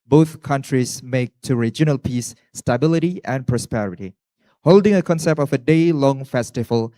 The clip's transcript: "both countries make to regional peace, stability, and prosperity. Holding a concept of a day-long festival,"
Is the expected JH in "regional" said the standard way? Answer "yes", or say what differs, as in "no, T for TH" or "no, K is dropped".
yes